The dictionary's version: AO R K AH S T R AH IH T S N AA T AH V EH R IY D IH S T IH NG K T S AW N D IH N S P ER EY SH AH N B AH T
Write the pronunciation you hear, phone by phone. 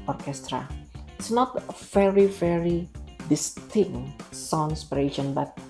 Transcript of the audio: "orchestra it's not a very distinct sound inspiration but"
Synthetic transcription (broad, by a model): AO R K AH S T R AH IH T S N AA T AH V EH R IY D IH S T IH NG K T S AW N IH S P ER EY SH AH N B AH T